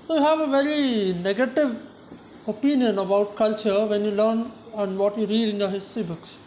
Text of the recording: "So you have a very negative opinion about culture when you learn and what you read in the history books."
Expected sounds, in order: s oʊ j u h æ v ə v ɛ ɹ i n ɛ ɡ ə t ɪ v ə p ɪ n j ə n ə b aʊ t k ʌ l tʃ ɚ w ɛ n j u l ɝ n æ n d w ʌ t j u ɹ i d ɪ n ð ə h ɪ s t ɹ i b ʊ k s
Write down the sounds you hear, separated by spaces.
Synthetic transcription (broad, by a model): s oʊ j u h æ v ə v ɛ ɹ i n ɛ ɡ ə t ɪ v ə p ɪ n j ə n ə b aʊ t k ʌ l tʃ ɚ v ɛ n j u l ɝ n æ n d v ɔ t j u ɹ i d ɪ n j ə h ɪ s t ɹ i b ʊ k s